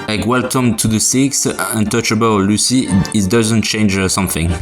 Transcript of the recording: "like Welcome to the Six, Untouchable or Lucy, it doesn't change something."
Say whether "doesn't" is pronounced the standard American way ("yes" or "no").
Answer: yes